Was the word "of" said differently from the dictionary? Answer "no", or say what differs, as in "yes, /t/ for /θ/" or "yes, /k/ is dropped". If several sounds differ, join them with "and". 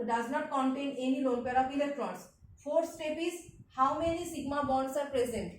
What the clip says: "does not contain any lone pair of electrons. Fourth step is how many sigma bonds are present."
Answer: yes, /p/ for /v/